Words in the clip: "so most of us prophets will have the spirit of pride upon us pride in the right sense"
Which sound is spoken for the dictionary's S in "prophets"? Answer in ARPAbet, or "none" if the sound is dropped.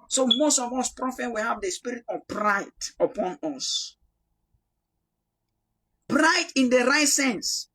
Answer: none